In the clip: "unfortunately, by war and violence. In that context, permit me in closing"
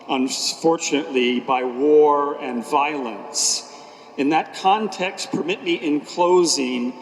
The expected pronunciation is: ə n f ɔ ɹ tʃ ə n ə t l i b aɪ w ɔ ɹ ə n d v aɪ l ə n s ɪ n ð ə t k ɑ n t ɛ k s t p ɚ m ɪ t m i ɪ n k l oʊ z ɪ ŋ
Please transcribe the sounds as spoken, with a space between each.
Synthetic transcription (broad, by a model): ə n f ɔ ɹ tʃ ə n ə t l i b aɪ w ɔ ɹ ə n v aɪ l ə n s ɪ n ð ə t k ɑ n t ɛ k s t p ɚ m ɪ t m i ɪ n k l oʊ z ɪ ŋ